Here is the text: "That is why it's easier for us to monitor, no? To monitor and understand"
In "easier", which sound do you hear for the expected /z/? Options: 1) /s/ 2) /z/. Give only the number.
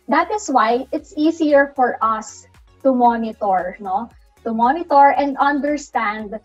1